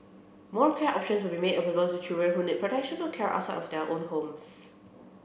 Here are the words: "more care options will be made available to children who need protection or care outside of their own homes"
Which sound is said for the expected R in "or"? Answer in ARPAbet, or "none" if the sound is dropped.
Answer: L